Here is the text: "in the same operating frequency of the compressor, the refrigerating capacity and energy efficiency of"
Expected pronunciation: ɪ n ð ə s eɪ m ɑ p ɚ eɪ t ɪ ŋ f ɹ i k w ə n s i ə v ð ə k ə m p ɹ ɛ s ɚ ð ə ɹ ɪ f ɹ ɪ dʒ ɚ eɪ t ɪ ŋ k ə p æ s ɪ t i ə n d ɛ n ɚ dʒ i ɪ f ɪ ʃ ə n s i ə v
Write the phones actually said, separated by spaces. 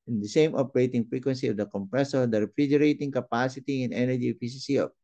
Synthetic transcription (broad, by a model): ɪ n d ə s eɪ m ɑ p ɚ eɪ t ɪ ŋ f ɹ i k w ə n s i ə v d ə k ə m p ɹ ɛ s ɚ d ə ɹ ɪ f ɹ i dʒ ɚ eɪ t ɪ ŋ k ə p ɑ s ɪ t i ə n ɛ n ɚ dʒ i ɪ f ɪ s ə s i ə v